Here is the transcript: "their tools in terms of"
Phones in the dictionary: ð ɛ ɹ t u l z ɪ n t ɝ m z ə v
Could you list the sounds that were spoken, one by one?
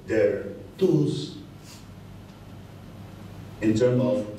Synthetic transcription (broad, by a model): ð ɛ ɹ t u z ɪ n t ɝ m ə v